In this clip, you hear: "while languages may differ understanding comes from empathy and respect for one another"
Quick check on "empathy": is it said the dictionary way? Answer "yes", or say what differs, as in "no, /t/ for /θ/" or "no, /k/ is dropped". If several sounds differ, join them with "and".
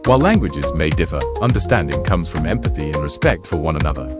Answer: yes